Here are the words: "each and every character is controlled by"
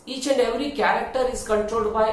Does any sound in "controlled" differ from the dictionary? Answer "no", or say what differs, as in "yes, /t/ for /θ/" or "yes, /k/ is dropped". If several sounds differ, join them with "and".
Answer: yes, /l/ is dropped